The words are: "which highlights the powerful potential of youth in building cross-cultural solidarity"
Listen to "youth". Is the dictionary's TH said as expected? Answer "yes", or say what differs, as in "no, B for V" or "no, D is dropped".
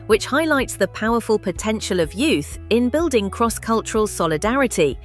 yes